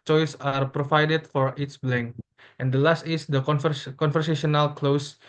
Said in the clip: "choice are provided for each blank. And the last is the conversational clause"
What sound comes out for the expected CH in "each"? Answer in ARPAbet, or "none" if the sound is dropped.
S